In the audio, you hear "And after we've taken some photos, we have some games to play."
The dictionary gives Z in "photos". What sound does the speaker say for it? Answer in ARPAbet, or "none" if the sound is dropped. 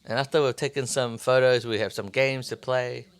Z